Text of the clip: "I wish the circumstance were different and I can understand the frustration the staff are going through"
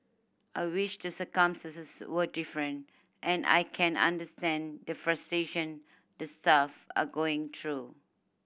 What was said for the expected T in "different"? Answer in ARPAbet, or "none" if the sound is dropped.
T